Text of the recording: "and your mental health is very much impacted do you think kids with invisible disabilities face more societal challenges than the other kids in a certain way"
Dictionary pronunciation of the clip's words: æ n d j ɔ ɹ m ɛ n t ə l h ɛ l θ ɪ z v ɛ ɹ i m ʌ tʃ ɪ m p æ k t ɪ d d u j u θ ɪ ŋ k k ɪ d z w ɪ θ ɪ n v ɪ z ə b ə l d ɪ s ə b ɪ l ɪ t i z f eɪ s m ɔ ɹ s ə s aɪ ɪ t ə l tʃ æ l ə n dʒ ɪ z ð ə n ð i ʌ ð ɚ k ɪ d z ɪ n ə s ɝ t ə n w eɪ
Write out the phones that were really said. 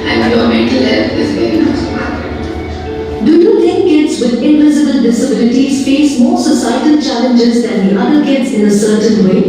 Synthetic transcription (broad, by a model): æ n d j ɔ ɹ m ɛ n t ə l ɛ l f ɪ z v ɛ ɹ i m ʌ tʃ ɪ p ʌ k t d d u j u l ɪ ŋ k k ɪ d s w ɪ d ɪ n v ɪ z ə b ə l d ɪ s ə b ɪ l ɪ t i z f eɪ s m ɔ ɹ s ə s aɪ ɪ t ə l tʃ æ l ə n dʒ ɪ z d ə n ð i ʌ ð ɚ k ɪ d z ɪ n ə s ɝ t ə n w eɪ